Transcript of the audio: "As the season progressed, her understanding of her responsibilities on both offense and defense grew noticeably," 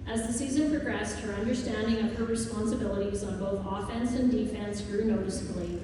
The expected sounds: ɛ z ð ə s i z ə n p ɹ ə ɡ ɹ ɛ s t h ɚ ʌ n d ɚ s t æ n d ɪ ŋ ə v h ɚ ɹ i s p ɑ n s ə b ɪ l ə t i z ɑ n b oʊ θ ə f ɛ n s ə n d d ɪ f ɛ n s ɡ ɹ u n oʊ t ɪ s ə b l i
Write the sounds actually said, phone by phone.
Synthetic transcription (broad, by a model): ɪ z ð ə s i z ə n p ɹ ə ɡ ɹ ɛ s t h ɚ ʌ n d ɚ s t æ n d ɪ ŋ ə v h ɚ ɹ i s p ɑ n s ə b ɪ l ə t i z n b oʊ θ ə f ɛ n s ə n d d ɪ f ɛ n s ɡ ɹ u n oʊ t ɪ s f l i